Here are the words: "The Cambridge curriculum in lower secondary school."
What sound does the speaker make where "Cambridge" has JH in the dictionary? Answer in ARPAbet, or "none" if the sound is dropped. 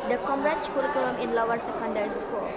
CH